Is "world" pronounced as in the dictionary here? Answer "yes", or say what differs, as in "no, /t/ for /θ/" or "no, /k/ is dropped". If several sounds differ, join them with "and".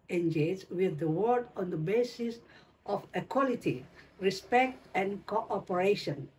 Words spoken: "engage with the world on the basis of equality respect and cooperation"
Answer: no, /l/ is dropped